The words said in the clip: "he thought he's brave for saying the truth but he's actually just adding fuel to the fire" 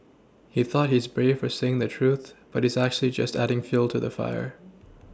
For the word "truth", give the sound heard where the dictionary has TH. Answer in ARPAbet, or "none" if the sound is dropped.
TH